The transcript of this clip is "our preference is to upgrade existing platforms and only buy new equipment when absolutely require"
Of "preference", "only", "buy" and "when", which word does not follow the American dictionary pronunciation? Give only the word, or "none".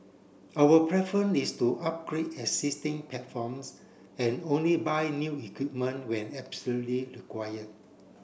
preference